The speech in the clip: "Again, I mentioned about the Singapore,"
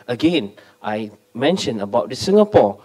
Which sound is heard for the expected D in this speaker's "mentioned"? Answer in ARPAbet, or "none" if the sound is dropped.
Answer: none